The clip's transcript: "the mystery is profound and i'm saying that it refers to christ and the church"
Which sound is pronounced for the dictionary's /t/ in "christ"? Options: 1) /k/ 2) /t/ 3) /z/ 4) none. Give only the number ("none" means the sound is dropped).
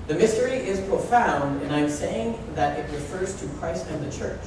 2